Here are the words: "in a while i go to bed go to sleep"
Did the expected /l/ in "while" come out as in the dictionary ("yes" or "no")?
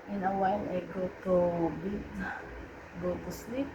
no